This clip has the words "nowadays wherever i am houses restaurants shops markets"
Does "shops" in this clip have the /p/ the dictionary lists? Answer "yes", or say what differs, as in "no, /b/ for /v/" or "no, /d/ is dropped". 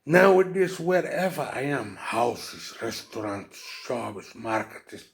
no, /b/ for /p/